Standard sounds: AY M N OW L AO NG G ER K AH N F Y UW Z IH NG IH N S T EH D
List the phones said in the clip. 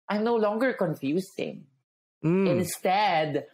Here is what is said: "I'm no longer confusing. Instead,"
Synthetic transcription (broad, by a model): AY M N OW L AO NG G ER K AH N F Y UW S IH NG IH N S T EH D